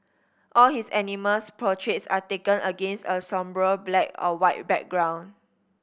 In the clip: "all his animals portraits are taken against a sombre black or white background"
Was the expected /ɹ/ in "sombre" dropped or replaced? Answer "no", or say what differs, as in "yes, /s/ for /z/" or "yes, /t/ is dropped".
no